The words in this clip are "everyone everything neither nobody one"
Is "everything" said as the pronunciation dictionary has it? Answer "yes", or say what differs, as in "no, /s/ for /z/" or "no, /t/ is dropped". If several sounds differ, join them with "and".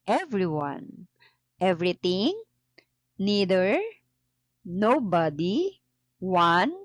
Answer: no, /t/ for /θ/